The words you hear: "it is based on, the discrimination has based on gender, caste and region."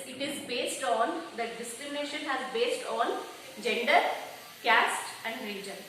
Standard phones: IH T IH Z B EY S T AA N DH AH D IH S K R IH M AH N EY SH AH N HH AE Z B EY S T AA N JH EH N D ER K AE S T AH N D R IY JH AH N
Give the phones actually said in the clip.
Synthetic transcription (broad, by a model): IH T IH Z B EY S T AA N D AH D IH S K R IH M AH N EY SH AH N HH AE Z B EY S T AA N JH EH N D ER K AE S T AH N D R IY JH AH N